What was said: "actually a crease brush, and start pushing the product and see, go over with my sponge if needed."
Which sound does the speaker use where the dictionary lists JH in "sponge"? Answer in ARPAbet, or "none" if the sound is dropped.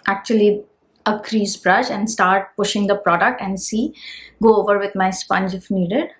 JH